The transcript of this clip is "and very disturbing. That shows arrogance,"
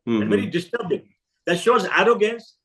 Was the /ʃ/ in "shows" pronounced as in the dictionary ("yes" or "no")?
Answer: yes